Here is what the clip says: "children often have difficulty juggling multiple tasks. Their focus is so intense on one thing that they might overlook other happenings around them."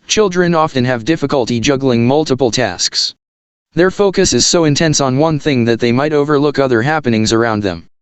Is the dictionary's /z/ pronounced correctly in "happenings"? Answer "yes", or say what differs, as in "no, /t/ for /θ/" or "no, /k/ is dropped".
yes